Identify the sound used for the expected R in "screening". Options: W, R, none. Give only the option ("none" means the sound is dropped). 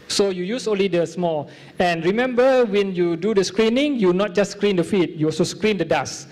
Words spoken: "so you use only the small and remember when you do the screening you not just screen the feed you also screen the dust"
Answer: R